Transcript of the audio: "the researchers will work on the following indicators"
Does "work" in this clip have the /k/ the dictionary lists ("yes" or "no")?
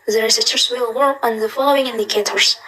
no